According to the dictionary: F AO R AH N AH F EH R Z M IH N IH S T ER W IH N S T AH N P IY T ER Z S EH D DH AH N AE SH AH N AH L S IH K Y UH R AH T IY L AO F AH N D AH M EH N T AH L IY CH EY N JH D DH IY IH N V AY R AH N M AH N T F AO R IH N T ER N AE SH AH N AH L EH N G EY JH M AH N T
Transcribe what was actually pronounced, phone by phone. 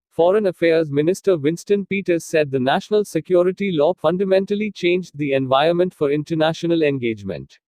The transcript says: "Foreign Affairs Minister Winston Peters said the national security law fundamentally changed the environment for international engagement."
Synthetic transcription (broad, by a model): F AO R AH N AH F EH R Z M IH N IH S T ER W IH N S T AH N P IY T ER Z S EH D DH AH N AE SH AH N AH L S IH K Y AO R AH T IY L AO F AH N D AH M EH N T AH L IY CH EY N JH D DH IY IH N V AY AH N M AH N T F AO R IH N T ER N AE SH AH N AH L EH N G EY JH M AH N T